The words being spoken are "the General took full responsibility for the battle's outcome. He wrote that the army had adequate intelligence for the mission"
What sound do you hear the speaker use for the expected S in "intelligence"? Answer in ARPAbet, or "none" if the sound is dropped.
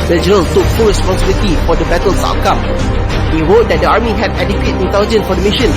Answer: none